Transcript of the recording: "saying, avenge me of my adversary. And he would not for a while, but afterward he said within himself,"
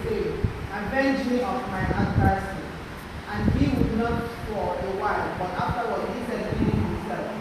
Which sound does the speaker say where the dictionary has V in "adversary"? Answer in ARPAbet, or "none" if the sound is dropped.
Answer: P